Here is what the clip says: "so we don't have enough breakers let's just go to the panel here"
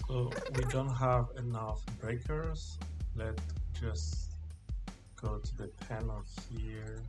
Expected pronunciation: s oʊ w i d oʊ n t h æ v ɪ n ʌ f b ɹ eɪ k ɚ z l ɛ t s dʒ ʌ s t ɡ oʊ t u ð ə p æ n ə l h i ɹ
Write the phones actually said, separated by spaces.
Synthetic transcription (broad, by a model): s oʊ w i d oʊ n t h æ v ɪ n ʌ f b ɹ eɪ k ɚ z l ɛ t dʒ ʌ s ɡ oʊ t u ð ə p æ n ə h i ɹ